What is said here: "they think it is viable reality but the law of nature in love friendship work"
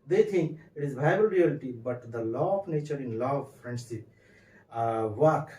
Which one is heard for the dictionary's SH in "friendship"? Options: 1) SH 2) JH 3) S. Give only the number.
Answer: 3